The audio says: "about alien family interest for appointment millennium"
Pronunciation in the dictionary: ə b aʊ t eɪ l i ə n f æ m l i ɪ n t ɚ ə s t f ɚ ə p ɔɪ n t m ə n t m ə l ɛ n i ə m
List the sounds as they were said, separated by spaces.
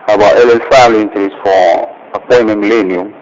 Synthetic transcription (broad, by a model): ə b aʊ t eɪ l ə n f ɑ l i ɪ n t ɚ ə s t f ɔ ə p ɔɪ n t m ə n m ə l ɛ n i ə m